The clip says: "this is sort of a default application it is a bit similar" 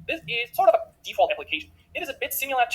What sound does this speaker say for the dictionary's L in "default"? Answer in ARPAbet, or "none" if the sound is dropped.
L